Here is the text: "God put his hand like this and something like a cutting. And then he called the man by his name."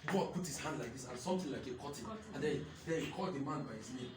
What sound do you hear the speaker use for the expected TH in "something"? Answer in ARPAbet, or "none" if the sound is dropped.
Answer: T